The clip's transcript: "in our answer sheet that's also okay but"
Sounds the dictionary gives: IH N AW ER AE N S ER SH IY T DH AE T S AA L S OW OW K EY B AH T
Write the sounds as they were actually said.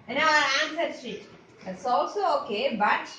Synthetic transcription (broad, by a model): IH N AW ER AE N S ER S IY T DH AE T S AA L S OW OW K EY B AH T